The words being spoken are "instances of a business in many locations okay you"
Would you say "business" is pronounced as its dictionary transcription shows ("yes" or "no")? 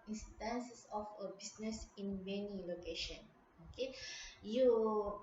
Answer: no